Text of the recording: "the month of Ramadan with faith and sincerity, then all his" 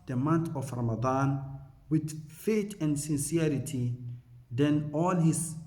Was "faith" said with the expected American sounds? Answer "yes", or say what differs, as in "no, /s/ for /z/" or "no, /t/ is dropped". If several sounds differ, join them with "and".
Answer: no, /t/ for /θ/